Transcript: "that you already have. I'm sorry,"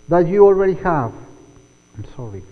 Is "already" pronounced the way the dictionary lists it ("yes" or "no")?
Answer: yes